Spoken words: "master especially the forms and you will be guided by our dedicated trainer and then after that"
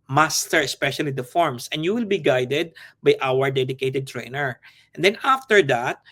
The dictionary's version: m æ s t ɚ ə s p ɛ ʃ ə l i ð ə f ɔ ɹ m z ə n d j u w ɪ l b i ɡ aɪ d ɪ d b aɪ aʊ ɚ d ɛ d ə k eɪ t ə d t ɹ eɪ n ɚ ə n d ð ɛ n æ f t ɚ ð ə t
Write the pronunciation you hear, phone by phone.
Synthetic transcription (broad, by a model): m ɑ s t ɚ ə s p ɛ ʃ ə l i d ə f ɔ ɹ m s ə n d j u w ɪ l b i ɡ aɪ d ɪ d b aɪ aʊ ɚ d ɛ d ə k eɪ t ə d t ɹ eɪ n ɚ ə n d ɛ n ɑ f t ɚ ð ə t